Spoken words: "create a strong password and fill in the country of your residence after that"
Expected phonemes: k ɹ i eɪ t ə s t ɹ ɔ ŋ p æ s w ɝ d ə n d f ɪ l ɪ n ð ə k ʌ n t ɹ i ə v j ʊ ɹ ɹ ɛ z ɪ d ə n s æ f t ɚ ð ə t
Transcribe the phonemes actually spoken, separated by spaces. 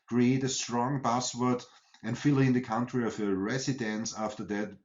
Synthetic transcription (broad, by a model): k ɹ i eɪ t ə s t ɹ ɔ ŋ b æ s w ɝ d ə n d f ɪ l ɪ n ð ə k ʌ n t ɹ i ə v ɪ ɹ ɹ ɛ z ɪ d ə n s æ f t ɚ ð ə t